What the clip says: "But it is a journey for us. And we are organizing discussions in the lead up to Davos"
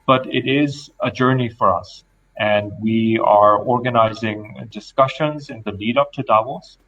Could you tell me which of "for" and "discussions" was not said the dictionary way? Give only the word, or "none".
none